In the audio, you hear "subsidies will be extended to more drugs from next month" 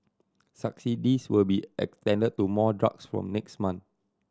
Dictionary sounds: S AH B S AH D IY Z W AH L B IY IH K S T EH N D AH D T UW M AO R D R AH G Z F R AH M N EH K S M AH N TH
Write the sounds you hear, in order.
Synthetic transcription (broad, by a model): S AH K S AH D IY S W AH L B IY IH K S T EH N D AH D T UW M AO D R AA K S F R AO M N EH K S M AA N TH